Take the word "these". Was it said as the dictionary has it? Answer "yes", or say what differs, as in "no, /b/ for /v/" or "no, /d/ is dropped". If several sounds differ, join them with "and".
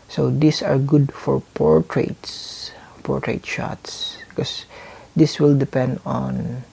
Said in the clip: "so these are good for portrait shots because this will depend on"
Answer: no, /s/ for /z/